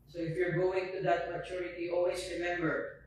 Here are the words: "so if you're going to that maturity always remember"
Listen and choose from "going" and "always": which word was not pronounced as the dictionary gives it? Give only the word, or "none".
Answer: always